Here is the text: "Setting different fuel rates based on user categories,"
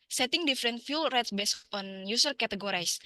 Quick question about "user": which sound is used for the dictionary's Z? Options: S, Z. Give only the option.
S